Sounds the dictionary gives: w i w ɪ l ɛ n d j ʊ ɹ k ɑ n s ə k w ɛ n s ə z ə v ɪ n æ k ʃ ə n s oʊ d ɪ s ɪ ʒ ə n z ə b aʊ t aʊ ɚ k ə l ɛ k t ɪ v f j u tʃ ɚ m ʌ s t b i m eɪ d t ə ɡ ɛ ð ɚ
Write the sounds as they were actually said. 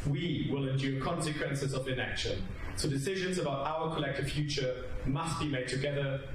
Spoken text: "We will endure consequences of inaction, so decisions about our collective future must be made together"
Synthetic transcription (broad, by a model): w i w ɪ l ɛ n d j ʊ k ɑ n s ə k w ɛ n s ə z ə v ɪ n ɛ k ʃ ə n s oʊ d ɪ s ɪ ʒ ə n z ə b aʊ t aʊ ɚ k ə l ɛ k t ɪ v f j u tʃ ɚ m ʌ s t b i m eɪ d t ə ɡ ɛ ð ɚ